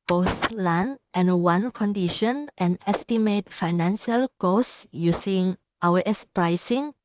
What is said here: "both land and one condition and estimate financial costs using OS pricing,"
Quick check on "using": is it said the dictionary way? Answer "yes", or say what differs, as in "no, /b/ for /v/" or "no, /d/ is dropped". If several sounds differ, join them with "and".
no, /s/ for /z/